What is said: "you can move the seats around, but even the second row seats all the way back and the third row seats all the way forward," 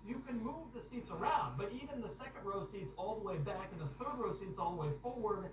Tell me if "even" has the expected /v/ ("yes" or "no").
yes